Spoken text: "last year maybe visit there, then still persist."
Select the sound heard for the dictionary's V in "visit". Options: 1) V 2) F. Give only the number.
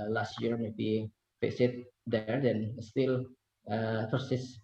2